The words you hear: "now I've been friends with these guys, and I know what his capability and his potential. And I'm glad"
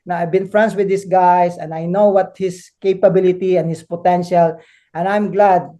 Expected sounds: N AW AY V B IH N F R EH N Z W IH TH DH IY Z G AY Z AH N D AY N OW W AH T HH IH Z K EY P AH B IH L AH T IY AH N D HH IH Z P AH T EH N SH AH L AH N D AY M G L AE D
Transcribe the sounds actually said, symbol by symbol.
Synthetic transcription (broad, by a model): N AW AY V B IH N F R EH N S W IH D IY S G AY S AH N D AY N OW W AH T HH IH S K EY P AH B IH L AH T IY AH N HH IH S P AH T EH N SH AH L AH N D AY M G L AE D